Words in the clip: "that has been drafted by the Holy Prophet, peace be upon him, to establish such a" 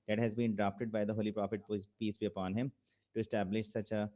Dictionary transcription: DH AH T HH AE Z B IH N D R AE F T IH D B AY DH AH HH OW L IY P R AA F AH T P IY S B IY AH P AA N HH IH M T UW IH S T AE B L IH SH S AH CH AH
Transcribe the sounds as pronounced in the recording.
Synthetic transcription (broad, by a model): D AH T HH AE Z B IH N D R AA P T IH D B AY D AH HH OW L IY P R AA F AH T P IY S B IY AH P AA N HH IH M T UW IH S T AE B L IH SH S AH CH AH